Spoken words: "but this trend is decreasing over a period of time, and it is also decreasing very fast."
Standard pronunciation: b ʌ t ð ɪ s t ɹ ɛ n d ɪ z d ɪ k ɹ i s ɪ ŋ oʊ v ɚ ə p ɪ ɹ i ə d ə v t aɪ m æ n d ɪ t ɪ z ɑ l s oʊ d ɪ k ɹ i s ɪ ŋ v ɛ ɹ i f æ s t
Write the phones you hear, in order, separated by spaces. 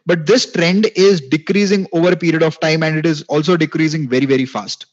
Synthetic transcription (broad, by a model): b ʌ t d ɪ s t ɹ ɛ n d ɪ z d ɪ k ɹ i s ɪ ŋ oʊ v ɚ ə p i ɹ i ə d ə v t aɪ m æ n d ɪ t ɪ z ɑ l s oʊ d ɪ k ɹ i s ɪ ŋ v ɛ ɹ i f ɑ s t